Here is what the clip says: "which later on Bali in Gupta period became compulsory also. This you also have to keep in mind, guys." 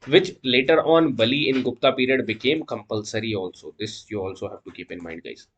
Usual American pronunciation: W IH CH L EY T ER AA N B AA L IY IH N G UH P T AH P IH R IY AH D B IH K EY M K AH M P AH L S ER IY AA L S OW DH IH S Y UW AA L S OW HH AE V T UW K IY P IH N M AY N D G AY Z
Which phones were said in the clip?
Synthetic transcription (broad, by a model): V IH CH L EY T ER AA N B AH L IY IH N G UH P T AH P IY R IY AH D B IH K EY M K AH M P AH L S ER IY AA L S OW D IH S Y UW AA L S OW HH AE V T UW K IY P IH N M AY N D G AY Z